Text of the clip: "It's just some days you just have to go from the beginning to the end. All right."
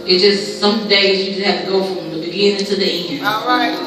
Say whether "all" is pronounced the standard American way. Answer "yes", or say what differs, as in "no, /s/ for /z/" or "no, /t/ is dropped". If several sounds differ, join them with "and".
no, /n/ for /l/